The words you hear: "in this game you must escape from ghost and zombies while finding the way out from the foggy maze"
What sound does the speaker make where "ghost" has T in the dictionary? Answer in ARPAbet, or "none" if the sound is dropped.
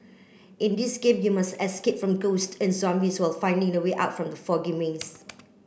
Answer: T